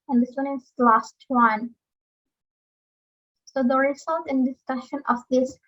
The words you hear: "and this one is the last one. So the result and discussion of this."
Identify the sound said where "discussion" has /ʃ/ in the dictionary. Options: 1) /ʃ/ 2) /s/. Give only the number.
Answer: 1